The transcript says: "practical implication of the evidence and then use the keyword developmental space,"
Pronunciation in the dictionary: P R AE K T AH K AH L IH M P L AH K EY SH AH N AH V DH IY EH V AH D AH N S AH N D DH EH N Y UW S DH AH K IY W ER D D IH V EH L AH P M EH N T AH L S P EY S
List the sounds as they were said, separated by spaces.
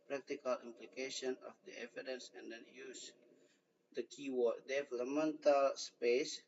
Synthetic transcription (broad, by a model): P R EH K T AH K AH L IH M P L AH K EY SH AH N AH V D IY EH V AH D AH N S AH N D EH N Y UW S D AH K IY W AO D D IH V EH L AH M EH N T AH L S P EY S